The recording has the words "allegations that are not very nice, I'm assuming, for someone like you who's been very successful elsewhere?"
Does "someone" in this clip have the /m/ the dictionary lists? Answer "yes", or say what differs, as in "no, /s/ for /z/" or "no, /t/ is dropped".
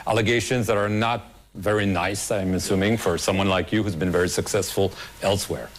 yes